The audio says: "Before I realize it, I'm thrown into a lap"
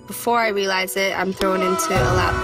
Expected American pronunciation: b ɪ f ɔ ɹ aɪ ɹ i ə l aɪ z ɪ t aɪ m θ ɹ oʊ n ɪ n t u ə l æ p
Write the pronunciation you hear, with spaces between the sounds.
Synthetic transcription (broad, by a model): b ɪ f ɔ ɹ aɪ ɹ i ə l aɪ z ɪ t aɪ m θ ɹ oʊ n ɪ n t u ə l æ